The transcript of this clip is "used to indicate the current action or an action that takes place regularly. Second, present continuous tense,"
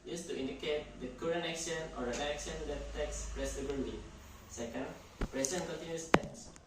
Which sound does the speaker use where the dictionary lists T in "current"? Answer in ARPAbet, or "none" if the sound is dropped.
none